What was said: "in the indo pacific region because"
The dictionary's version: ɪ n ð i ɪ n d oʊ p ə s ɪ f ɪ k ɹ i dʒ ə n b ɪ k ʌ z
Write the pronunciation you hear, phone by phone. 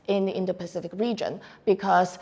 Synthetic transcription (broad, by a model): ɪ n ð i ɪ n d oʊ p ə s ɪ f ɪ k ɹ i dʒ ə n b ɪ k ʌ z